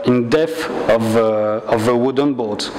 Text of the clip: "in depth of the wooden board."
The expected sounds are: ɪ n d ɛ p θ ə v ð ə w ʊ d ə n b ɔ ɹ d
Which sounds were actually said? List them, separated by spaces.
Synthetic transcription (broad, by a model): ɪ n d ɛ θ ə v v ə w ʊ d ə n b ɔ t